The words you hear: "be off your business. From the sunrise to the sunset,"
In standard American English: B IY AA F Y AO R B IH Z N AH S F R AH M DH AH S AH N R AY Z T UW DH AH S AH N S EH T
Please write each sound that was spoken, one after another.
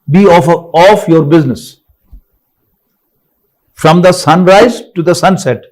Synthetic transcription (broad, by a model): B IY AA F Y AO R B IH Z N AH S F R AH M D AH S AH N R AY Z T UW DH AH S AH N S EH T